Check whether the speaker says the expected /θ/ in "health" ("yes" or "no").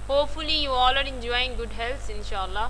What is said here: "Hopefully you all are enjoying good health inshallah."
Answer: no